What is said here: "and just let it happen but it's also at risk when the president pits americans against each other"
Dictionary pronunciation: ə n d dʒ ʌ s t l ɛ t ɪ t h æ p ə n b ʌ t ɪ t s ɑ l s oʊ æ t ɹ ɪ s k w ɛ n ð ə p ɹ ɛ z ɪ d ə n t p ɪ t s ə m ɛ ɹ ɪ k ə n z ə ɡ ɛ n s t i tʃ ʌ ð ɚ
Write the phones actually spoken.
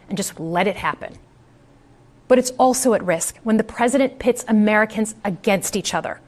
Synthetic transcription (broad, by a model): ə n dʒ ʌ s t l ɛ t ɪ t h æ p ə n b ʌ t ɪ t s ɑ l s oʊ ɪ t ɹ ɪ s k w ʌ n ð ə p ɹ ɛ z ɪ d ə n p ɪ t s ə m ɛ ɹ ɪ k ə n z ə ɡ ɛ n s t i tʃ ʌ ð ɚ